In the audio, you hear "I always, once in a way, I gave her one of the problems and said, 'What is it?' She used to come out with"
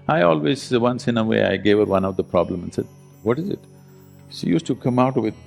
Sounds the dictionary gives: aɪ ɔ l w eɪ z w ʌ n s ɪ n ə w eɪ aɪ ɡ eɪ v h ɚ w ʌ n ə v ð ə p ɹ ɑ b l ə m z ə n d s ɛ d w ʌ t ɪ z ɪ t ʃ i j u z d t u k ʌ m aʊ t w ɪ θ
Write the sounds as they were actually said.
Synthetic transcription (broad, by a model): aɪ ɔ l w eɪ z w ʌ n s ɪ n ə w eɪ aɪ ɡ eɪ v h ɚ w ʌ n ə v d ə p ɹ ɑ b l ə m ə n s ɛ d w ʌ t ɪ z ɪ t ʃ i j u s t u k ʌ m aʊ t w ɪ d